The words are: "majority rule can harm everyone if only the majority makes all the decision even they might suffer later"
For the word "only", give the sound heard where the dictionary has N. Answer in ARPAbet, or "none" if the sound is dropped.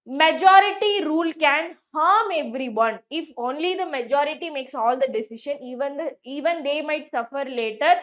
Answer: N